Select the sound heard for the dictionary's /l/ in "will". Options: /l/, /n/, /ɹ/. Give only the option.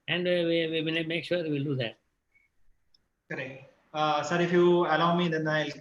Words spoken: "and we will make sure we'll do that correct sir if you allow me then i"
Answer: /n/